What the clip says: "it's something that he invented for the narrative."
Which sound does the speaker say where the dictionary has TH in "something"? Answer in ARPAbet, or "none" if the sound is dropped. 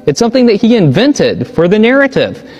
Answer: TH